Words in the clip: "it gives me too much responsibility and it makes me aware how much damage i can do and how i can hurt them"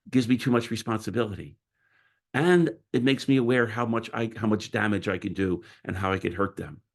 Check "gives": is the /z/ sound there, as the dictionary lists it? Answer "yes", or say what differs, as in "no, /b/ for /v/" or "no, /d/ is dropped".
yes